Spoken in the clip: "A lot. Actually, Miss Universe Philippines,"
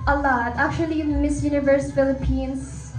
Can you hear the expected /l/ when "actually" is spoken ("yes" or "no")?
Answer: no